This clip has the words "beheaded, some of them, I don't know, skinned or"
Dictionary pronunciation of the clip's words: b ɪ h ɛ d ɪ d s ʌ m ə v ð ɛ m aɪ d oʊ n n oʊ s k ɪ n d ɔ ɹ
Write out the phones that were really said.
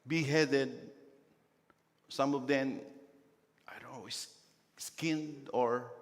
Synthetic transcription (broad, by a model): b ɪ h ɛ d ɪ d s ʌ m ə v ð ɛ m aɪ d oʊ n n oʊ s k ɪ n d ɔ ɹ